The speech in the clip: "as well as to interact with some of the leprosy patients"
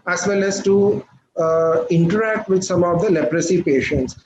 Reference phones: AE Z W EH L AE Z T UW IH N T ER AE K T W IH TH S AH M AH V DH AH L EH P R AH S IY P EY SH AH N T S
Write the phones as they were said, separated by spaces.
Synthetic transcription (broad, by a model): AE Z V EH L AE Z T UW IH N T ER AE K T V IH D S AH M AH V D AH L EH P R AH S IY P EY SH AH N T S